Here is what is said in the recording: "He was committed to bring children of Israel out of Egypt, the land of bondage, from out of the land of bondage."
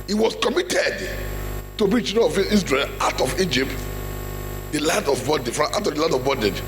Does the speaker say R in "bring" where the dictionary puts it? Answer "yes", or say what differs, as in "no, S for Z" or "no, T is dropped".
no, R is dropped